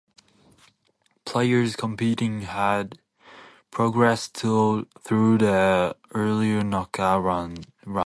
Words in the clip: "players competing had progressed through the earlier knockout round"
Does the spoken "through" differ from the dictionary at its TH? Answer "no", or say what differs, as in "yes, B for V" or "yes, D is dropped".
no